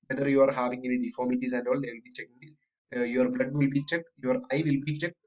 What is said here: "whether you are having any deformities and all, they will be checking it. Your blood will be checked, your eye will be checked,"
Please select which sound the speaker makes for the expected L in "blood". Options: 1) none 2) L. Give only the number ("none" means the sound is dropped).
2